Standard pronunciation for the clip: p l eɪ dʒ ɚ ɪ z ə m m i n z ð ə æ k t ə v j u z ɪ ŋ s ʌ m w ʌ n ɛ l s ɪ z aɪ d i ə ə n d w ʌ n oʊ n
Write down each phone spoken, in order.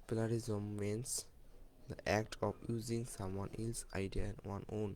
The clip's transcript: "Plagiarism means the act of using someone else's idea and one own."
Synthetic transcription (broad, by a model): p l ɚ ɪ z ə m m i n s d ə æ k t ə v j u z ɪ ŋ s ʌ m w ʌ n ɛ l s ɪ ɪ d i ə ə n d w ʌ n oʊ n